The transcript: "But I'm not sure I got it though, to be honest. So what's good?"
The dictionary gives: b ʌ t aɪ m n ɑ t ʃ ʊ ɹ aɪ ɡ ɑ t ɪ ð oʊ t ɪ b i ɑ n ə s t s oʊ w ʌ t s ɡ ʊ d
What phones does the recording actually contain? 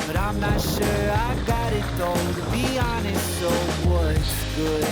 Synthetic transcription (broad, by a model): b ʌ t aɪ m n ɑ t ʃ ʊ ɹ aɪ ɡ ɑ t ɪ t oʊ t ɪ b i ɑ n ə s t s oʊ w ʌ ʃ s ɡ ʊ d